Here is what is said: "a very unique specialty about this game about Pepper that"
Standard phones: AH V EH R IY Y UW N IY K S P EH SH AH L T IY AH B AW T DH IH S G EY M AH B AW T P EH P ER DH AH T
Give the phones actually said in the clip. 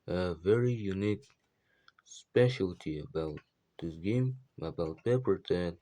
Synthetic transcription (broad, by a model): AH V EH R IY Y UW N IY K S P EH SH AH L T IY AH B AW T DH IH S G EY M AH B AW T P EH P ER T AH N